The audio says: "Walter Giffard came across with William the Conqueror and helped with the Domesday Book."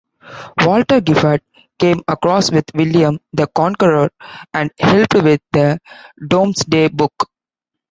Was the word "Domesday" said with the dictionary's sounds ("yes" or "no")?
no